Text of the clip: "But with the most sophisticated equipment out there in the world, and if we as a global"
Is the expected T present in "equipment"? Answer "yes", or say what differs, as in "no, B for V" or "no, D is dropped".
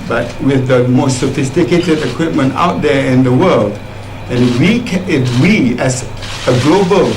yes